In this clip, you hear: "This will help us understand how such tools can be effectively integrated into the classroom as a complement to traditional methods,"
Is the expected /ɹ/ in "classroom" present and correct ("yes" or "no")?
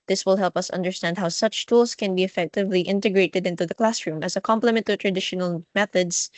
yes